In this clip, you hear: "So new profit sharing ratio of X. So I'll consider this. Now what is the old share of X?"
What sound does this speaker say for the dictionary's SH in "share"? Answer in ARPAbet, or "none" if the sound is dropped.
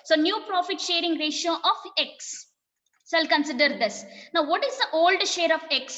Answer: SH